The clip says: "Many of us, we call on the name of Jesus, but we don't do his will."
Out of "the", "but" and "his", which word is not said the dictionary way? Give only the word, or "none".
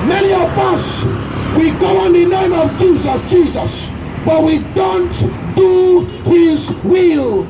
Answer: none